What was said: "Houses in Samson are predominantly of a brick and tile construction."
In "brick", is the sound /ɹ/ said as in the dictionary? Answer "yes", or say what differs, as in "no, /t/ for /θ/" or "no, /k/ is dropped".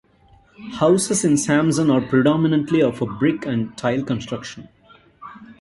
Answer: yes